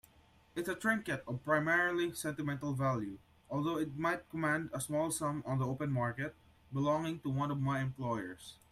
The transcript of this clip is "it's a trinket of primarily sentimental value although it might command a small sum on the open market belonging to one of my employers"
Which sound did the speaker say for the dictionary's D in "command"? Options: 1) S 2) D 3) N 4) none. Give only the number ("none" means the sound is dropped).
2